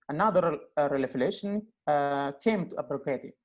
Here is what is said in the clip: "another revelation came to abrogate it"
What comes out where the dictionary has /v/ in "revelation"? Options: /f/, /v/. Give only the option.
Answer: /f/